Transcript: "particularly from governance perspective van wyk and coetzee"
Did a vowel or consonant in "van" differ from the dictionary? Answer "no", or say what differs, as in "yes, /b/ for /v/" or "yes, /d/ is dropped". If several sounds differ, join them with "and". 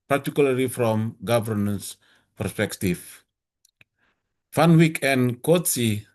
yes, /f/ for /v/